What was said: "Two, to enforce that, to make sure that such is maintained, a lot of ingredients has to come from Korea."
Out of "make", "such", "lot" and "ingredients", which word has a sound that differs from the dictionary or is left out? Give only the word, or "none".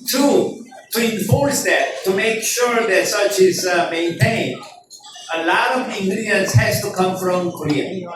ingredients